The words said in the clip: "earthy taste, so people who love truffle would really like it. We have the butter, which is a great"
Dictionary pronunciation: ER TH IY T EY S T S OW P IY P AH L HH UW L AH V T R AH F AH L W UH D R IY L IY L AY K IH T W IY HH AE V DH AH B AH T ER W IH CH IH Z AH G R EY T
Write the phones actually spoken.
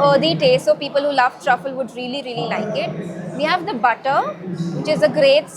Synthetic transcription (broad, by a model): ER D IY T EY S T S OW P IY P AH L HH UW L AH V T R AH F AH L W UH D R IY L IY L AY K IH T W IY HH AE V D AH B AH T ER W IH CH IH Z AH G R EY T